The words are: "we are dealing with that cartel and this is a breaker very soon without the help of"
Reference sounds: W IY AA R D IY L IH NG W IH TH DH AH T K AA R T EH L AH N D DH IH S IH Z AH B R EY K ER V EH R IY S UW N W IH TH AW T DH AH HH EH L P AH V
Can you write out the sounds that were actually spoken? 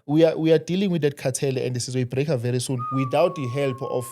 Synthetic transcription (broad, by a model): W IY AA W D IY L IH NG W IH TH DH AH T K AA T EH L AH N D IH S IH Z AH B R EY K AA V EH R IY S UW N W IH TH AW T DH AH HH EH L P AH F